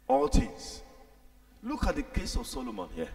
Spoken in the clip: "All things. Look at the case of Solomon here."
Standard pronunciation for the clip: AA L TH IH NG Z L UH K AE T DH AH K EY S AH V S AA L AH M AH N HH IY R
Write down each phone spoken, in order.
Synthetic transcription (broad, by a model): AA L T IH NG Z L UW K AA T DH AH K EY S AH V S AA L AH M AH N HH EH